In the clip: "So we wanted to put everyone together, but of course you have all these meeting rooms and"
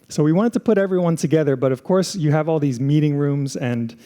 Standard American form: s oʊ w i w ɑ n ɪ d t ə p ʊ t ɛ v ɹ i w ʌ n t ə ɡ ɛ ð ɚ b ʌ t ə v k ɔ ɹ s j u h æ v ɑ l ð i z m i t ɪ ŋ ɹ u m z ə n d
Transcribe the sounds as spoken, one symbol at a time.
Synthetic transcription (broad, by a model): s oʊ w i w ɑ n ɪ d t ə p ʊ t ɛ v ɹ i w ʌ n t ə ɡ ɛ ð ɚ b ʌ t ə v k ɔ ɹ s j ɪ v ɑ l ð i z m i t ɪ ŋ ɹ u m z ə n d